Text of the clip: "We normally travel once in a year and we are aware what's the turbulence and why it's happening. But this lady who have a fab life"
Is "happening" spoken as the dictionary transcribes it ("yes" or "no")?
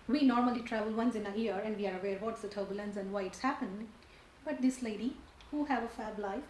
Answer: no